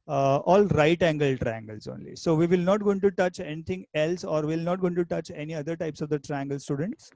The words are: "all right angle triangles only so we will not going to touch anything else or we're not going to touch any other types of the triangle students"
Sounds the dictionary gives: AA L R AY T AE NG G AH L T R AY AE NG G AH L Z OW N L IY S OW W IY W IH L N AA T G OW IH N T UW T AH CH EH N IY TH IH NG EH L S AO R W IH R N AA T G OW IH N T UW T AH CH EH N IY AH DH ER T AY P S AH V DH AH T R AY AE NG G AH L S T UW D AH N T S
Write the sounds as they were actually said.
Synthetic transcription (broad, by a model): AA L R AY T AE NG G AH L T R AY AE NG G AH L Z OW N L IY S OW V IY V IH L N AA T G OW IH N T UW T AH CH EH N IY T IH NG EH L S AO R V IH L N AA T G OW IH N T UW T AH CH EH N IY AH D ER T AY P S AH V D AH T R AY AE NG G AH L S T UW D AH N T S